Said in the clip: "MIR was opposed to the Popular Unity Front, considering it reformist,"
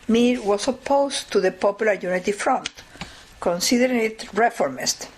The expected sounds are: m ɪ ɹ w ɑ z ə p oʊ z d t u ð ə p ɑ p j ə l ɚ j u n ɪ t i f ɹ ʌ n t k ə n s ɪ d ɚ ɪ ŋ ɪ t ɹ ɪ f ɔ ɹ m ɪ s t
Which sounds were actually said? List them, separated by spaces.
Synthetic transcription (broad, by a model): m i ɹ w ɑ s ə p oʊ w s t u ð ə p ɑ p j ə l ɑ j u n ɪ t i f ɹ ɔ n t k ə n s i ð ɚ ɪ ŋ ɪ t ɹ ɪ f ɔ ɹ m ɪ s t